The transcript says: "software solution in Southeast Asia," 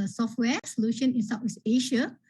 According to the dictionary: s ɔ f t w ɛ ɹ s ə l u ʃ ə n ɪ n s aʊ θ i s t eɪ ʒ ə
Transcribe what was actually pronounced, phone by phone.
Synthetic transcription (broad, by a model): s ɔ f t w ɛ s ə l u ʃ ə n ɪ n s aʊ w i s eɪ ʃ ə